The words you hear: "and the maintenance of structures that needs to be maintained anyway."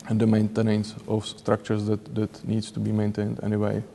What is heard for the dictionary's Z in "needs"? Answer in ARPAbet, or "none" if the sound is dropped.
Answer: S